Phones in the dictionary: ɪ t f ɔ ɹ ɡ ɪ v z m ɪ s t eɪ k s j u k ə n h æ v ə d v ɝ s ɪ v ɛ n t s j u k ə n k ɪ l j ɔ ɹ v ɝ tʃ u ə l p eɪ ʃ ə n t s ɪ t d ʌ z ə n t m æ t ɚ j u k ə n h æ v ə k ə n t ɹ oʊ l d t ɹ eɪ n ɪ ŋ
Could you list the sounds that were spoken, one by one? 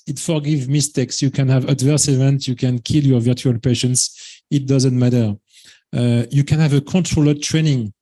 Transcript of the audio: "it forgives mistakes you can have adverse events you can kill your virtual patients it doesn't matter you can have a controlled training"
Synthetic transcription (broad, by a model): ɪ t f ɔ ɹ ɡ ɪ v m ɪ s t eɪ k s j u k ə n h æ v ə d v ɝ s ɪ v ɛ n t j u k ə n k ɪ l j ɔ ɹ v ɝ tʃ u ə l p eɪ ʃ ə n t s ɪ t d ʌ z ə n t m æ t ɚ j u k ə n h æ v ə k ə n t ɹ oʊ l d t ɹ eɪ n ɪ ŋ